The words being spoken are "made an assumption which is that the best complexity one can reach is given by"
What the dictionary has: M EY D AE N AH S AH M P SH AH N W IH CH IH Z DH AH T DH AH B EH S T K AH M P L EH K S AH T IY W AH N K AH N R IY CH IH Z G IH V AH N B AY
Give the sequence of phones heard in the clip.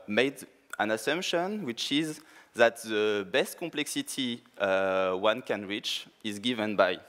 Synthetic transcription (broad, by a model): M EY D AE N AH S AH M P SH AH N W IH CH IH Z DH AH T DH AH B EH S T K AH M P L EH K S AH T IY W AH N K AH N R IY CH IH Z G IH V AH N B AY